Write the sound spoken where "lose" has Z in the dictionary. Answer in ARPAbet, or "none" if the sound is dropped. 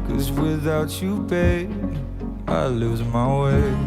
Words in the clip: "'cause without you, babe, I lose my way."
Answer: Z